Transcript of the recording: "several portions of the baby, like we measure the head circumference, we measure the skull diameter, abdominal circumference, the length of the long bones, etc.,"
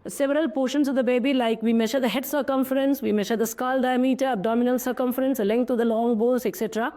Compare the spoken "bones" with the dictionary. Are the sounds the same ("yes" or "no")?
no